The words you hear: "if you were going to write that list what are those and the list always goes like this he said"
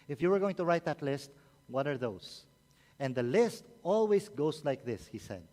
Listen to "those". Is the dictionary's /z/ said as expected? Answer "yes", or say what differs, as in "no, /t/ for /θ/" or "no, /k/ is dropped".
no, /s/ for /z/